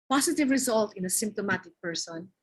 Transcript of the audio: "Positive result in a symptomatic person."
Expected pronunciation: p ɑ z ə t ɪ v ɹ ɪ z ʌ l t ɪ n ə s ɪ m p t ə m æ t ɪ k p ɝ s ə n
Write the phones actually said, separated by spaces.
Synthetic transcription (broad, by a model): p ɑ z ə t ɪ v ɹ ɪ z ʌ l t ɪ n ə s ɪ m p t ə m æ t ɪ k p ɝ s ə n